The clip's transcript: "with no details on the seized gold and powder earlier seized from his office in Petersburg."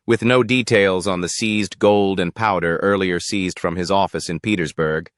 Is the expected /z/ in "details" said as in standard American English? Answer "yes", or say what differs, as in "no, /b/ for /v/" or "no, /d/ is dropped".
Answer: yes